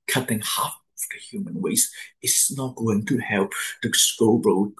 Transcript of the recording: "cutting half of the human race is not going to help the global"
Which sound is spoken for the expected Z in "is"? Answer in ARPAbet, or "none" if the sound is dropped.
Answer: S